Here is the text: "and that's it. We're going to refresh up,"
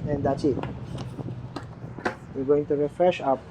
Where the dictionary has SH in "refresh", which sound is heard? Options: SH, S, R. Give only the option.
SH